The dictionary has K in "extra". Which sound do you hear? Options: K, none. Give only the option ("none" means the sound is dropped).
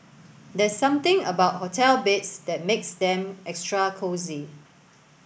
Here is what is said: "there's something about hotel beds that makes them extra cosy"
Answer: K